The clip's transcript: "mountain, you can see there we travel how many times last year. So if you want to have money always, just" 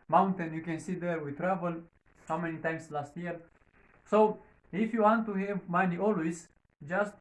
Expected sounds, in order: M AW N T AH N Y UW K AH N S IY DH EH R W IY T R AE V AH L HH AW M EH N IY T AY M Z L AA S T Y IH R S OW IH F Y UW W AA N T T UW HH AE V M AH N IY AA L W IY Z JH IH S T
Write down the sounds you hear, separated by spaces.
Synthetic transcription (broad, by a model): M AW N T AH N Y UW K AH N S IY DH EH R W IY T R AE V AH L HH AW M EH N IY T AY M S L AA S T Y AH R S OW IH F Y UW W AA N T T UW HH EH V M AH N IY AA L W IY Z JH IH S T